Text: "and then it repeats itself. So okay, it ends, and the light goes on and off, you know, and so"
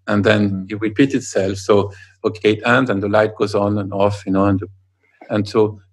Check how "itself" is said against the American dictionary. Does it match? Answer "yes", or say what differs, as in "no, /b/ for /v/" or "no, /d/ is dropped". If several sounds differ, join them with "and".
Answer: yes